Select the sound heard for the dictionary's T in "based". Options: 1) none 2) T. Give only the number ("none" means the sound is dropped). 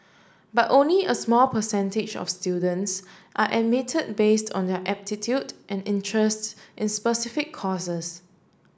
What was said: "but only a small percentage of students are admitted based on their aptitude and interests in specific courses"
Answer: 2